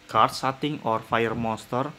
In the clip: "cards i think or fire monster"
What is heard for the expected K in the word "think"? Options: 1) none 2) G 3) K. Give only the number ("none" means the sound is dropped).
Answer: 1